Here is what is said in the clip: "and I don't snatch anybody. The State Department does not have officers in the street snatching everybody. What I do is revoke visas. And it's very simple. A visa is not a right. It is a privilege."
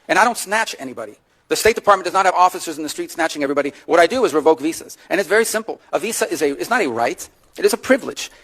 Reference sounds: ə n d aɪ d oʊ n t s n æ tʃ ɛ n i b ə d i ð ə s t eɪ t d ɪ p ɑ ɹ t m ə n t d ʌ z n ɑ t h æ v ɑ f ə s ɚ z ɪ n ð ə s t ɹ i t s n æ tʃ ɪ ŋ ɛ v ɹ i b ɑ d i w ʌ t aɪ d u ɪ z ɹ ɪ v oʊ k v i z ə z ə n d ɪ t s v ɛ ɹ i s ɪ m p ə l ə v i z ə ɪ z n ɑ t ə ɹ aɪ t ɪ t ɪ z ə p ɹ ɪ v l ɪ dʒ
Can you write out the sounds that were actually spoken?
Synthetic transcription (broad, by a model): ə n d aɪ d oʊ n t s n æ tʃ ɛ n i b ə d i ð ə s t eɪ t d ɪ p ɑ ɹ t m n d ʌ z n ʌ t h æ v ɑ f ə s ɚ z n ð ə s t ɹ i t s n æ tʃ ɪ ŋ ɛ v ɹ i b ɑ d i w ʌ t aɪ d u ɪ z ɹ ɪ v oʊ k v i s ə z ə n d ɪ t s v ɛ ɹ i s ɪ m p l ə v i z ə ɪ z n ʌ t ə ɹ aɪ t ɪ t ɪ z ə p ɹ ɪ v l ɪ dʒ